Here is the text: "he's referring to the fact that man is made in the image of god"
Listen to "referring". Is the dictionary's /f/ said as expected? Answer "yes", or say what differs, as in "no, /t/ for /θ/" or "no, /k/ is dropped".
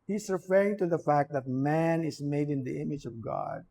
yes